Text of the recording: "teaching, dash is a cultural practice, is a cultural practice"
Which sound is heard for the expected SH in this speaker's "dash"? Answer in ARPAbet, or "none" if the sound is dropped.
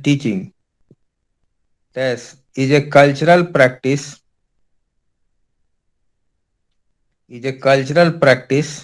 S